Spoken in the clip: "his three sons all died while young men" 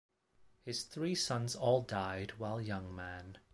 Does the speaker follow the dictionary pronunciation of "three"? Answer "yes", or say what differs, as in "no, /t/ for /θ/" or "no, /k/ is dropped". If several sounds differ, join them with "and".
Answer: yes